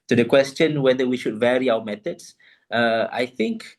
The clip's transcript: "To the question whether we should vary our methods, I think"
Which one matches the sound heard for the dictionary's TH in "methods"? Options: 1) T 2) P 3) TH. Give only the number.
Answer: 1